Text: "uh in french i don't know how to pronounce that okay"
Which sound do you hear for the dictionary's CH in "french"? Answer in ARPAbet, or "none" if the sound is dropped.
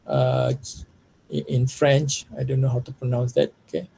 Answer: CH